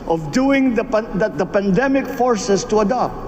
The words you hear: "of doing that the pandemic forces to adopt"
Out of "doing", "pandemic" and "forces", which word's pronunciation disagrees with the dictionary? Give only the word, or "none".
forces